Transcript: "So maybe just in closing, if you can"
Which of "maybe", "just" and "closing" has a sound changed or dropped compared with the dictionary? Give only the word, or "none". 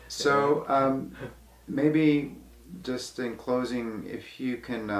none